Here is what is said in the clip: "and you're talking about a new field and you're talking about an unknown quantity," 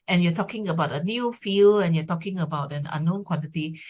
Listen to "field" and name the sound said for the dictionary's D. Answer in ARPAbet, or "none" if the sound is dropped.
none